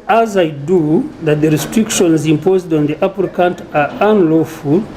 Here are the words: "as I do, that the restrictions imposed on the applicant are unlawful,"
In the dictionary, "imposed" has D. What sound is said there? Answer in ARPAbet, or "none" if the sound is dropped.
D